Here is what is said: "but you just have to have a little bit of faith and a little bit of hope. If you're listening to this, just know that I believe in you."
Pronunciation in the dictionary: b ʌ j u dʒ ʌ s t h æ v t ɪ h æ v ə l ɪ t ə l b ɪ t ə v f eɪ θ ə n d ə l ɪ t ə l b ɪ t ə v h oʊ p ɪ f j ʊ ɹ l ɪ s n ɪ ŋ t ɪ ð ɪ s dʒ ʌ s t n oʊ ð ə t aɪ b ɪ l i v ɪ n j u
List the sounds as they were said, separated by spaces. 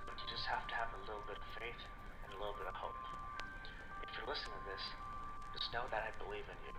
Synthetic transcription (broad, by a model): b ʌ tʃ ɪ dʒ ʌ s t h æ f t ɪ v ə l ɪ t l b ɪ t ə v f eɪ θ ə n ə l ɪ t l b ɪ t ə v h oʊ p ɪ f j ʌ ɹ l ɪ s ɪ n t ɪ ð ɪ s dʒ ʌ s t n oʊ ð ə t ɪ b ɪ l i v ɪ n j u